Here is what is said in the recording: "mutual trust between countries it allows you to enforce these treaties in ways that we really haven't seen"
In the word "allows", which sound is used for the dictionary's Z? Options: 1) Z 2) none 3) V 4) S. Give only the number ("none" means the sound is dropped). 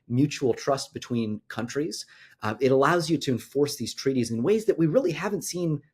1